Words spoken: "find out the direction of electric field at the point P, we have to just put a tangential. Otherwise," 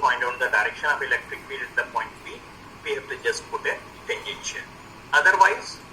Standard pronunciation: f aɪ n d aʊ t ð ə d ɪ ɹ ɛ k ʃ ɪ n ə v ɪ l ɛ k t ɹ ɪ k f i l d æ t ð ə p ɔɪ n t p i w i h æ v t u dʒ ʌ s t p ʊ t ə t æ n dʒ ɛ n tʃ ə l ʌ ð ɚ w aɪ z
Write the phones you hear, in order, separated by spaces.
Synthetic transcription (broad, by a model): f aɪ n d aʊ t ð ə d ɪ ɹ ɛ k ʃ ɪ n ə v ɪ l ɛ k t ɹ ɪ k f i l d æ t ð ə p ɔɪ n t b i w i h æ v t u dʒ ʌ s t p ʊ t ə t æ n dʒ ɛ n ʃ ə n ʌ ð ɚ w aɪ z